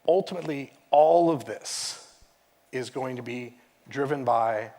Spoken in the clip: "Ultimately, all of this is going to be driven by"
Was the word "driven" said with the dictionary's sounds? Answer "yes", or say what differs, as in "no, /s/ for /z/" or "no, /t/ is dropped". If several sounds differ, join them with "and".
yes